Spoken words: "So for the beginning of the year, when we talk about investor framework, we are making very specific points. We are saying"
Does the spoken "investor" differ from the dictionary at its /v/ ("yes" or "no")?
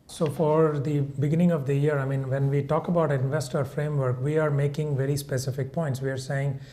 no